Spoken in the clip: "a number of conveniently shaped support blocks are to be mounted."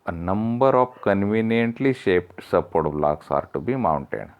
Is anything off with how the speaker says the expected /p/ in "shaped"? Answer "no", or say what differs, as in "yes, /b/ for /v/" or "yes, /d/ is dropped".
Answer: no